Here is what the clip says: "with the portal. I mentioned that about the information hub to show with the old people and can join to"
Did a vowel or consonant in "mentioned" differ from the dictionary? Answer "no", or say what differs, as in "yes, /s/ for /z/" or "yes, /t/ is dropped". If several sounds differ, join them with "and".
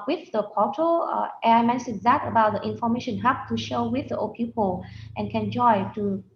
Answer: yes, /s/ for /ʃ/